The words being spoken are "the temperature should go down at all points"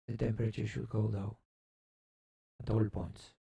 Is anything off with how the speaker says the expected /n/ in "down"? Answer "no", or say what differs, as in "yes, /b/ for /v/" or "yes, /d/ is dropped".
yes, /n/ is dropped